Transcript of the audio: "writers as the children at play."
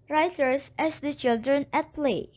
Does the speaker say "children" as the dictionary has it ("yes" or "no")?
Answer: yes